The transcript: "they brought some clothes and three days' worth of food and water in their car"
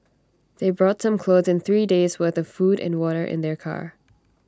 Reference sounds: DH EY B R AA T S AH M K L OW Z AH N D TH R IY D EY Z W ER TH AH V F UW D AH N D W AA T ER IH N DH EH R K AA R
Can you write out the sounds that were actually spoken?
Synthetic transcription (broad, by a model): DH EY B R AA T S AH M K L OW Z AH N TH R IY D EY Z W ER TH AH V F UW D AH N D W AA T ER IH N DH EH R K AA R